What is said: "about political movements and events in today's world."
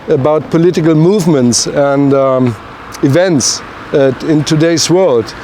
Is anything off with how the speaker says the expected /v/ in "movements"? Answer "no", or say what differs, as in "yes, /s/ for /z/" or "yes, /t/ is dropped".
no